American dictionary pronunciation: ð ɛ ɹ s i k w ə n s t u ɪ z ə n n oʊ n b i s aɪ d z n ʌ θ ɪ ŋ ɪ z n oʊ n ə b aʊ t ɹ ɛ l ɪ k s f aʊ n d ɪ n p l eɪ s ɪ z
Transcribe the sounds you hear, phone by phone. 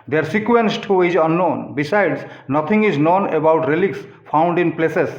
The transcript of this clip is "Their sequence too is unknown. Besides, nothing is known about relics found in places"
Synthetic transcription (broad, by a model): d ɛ ɹ s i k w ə n s t u ɪ z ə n n oʊ n b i s aɪ d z n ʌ t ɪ ŋ ɪ z n oʊ n ə b aʊ t ɹ ɛ l ɪ k s p aʊ n d ɪ n p l eɪ s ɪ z